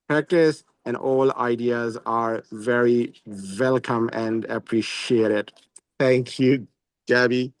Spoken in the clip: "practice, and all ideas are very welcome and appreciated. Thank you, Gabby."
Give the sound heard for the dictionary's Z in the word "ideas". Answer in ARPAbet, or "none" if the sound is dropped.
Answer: Z